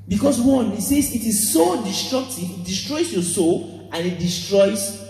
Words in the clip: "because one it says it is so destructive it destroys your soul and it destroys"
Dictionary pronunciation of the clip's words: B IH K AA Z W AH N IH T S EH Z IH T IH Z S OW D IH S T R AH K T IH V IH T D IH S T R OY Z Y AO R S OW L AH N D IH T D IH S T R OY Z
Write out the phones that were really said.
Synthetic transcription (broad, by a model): B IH K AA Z W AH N IH T S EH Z IH T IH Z S OW D IH S T R AH K T IH V IH T D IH S T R OY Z Y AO S OW L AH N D IH T D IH S T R OY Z